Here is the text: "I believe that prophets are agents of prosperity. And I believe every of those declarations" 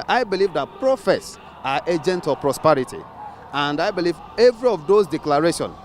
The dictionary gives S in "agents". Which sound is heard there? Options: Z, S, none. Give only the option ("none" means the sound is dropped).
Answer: none